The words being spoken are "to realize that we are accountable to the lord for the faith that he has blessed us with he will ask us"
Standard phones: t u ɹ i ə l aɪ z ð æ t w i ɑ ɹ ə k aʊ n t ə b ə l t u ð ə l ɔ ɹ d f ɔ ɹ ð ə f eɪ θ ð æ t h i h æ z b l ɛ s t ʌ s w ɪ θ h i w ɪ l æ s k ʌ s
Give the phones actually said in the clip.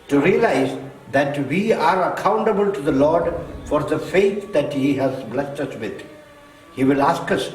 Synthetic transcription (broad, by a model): t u ɹ i ə l aɪ z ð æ t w i ɑ ɹ ə k aʊ n t ə b ə l t u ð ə l ɔ ɹ d f ɔ ɹ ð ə f eɪ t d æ t h i h æ z b l ɛ s t ʌ s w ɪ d h i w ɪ l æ s k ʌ s